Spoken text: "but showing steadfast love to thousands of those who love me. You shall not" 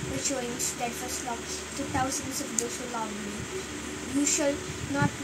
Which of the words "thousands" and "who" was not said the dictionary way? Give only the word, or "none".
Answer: thousands